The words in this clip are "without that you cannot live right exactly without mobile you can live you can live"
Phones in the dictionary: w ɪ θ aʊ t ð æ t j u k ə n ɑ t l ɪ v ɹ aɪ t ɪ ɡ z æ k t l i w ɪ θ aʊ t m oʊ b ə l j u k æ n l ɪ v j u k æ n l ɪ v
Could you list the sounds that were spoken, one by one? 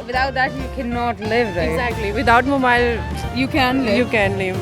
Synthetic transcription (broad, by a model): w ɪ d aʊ t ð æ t j u k ə n ɑ t l ɪ v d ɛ ɪ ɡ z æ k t l i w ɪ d aʊ t m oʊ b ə l j u k æ n l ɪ j u k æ n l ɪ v